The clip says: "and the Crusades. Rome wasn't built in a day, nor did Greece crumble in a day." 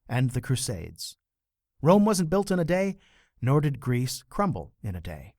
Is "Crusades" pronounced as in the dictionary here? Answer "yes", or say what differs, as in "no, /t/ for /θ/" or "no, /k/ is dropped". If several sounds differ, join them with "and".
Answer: yes